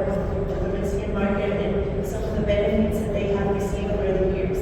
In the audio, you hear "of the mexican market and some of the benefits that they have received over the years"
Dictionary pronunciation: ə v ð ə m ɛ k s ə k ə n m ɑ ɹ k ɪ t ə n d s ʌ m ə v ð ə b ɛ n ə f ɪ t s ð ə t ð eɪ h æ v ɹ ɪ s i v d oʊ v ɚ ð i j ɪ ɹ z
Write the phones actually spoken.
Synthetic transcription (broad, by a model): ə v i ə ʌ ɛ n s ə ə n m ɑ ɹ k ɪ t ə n s ʌ m ə v ð ə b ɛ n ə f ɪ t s ð ə t ð eɪ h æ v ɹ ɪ s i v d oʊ ɚ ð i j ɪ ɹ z